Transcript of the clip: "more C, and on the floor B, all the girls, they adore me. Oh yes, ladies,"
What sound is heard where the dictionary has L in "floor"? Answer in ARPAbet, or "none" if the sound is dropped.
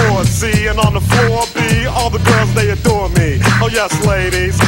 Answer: none